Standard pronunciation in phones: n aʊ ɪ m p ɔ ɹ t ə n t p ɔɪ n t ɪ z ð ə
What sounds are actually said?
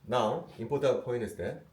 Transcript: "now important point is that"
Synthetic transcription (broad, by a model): n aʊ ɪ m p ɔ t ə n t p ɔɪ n ɪ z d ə